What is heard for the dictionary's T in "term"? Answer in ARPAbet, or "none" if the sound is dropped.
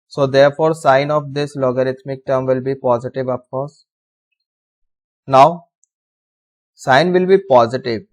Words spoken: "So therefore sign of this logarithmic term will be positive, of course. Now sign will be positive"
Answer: T